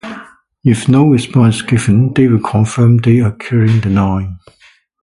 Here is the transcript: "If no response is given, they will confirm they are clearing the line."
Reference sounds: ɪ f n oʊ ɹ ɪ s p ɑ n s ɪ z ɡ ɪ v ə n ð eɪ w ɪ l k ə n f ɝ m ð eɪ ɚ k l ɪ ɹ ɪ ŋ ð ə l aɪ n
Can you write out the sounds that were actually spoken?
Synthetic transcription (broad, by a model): ɪ f n oʊ ɹ ɪ s p ɑ n s ɡ ɪ v ə n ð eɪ w ɪ l k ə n f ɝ m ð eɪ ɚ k ɪ ɹ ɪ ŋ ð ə n aɪ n